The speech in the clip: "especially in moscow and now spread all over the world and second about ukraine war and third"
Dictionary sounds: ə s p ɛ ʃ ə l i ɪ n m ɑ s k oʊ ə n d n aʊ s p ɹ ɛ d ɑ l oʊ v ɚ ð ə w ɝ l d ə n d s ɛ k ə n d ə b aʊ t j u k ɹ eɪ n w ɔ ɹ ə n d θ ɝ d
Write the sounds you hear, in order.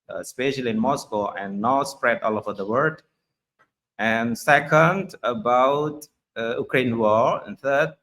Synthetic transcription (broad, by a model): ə s p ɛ ʃ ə l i ɪ n m ɑ s k oʊ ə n n aʊ s p ɹ ɛ d ɑ l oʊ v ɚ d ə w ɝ d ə n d s ɛ k ə n d ə b aʊ t j u k ɹ eɪ n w ɔ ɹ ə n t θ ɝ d